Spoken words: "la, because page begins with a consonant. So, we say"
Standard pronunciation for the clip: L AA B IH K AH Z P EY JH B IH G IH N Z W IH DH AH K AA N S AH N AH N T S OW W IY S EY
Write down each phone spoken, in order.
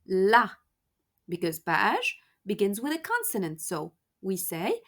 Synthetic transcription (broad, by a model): L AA B IH K AH Z B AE SH B IH G IH N Z W IH DH AH K AA N S AH N AH N T S OW W IY S EY